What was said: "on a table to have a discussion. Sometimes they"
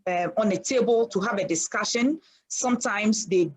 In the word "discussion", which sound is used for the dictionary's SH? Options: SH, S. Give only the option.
SH